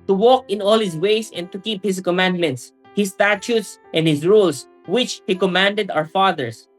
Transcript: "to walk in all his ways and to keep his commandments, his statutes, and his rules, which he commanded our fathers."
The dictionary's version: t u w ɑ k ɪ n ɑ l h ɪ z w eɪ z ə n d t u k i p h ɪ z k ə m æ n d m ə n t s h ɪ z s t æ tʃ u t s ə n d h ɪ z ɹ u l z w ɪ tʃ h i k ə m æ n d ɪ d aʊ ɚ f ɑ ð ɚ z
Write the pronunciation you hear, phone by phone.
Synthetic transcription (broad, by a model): t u w ɑ k ɪ n ɑ l h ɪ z w eɪ s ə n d t u k i p h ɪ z k ə m æ n d m ə n t s h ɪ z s t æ tʃ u t s ə n d h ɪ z ɹ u l s w ɪ tʃ h i k ə m æ n d ɪ d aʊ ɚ f ɑ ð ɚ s